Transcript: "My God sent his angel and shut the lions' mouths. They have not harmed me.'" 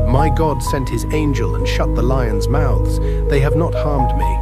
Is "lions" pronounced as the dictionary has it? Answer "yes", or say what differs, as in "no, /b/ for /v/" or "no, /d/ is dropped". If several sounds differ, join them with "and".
yes